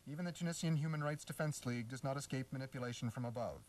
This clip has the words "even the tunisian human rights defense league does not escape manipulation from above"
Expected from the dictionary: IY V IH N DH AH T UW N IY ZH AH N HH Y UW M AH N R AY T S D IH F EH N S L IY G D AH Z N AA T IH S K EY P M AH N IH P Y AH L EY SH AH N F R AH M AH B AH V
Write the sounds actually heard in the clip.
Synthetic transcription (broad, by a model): IY V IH N DH AH T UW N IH S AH N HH Y UW M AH N R AY T S D IH F EH N S L IY G D AH Z N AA T IH S K EY P M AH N IH P Y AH L EY SH N F R AH M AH B AH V